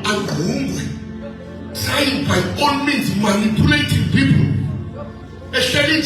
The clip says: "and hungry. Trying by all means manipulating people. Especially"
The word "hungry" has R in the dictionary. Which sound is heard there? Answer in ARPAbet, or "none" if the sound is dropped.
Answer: W